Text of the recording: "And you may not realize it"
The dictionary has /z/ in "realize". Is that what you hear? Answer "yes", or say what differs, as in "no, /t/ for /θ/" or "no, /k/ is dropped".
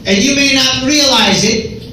yes